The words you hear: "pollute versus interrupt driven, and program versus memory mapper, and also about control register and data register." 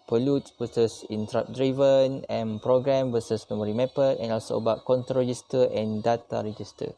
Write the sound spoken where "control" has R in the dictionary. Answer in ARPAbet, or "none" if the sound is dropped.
none